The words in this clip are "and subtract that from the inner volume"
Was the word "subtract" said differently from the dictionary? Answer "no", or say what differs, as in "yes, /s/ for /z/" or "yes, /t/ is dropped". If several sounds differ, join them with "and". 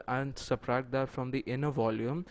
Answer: yes, /k/ is dropped